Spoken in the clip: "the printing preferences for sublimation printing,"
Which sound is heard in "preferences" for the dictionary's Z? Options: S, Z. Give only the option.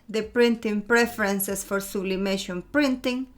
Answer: S